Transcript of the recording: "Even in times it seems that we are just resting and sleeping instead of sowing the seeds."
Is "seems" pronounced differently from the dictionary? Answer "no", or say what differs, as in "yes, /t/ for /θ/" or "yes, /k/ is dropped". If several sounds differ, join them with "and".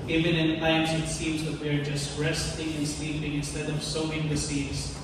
no